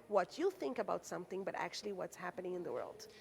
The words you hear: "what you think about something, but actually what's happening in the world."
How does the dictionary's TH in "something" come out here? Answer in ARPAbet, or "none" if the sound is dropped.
TH